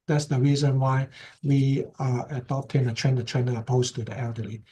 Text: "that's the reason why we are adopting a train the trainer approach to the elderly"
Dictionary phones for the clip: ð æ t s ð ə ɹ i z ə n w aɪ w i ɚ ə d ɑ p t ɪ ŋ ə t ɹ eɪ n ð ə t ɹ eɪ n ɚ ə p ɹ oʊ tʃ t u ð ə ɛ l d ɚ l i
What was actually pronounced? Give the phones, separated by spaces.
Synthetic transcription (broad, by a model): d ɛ t s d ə ɹ i z ə n w aɪ w i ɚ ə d ɑ p t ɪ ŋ ə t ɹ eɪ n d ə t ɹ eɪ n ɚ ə p oʊ s t u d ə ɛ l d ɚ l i